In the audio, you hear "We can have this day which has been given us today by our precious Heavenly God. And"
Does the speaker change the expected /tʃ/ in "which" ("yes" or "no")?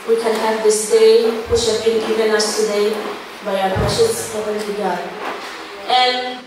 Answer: yes